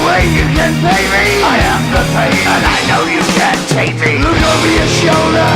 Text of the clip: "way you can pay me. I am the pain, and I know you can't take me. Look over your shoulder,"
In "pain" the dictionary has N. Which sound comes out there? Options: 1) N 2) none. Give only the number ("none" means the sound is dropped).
2